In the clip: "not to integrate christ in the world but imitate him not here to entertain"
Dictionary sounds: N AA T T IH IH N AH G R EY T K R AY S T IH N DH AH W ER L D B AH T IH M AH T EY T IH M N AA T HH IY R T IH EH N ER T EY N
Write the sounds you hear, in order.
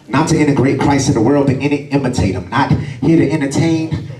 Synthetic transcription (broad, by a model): N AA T T IH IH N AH G R EY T K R AY S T IH N DH AH W ER L D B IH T IH M AH T EY T IH M N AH T HH IY R T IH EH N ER T EY N